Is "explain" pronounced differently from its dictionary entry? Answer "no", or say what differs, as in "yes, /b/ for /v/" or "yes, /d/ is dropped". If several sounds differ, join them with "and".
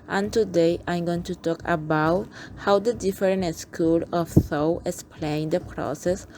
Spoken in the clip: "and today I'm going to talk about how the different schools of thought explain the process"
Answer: yes, /k/ is dropped